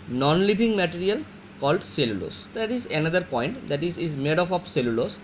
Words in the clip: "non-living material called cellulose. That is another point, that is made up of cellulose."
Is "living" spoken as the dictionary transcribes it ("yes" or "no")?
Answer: no